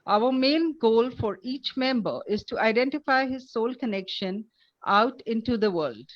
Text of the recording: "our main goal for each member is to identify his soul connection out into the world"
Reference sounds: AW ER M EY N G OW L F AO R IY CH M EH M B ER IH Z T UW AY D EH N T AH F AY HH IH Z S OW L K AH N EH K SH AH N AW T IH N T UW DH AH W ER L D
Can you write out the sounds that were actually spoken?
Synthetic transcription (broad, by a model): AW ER M EY N G OW L F AO R IY CH M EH M B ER IH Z T UW AY D EH N T AH F AY HH IH Z S OW L K AH N EH K SH AH N AW T IH N T UW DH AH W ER L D